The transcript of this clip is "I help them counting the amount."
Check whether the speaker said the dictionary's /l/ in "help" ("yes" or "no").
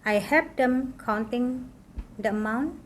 no